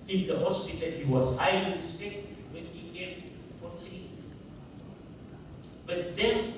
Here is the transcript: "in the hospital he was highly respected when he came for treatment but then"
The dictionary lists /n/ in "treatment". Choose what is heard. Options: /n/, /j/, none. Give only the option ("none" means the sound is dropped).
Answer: none